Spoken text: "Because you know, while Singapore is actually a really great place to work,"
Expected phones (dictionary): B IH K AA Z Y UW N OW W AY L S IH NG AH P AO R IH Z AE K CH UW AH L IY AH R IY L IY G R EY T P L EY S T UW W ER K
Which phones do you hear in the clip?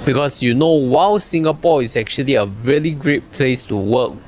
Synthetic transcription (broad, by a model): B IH K AA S Y UW N OW W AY W S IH NG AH P AO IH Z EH K CH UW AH L IY AH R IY L IY G R EY T P L EY S T UW W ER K